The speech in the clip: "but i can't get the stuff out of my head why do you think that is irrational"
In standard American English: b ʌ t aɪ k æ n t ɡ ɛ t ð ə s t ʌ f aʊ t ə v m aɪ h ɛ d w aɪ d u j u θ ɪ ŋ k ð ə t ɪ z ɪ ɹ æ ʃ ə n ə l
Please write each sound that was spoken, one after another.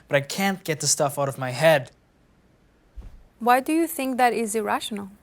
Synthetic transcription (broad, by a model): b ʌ t aɪ k æ n t ɡ ɛ t ð ə s t ʌ f aʊ t ə v m aɪ h ɛ d w aɪ d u j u θ ɪ ŋ k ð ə t ɪ z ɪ ɹ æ ʃ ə n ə l